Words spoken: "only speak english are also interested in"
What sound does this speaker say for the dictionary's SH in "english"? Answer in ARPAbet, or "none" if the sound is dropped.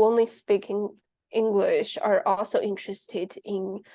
SH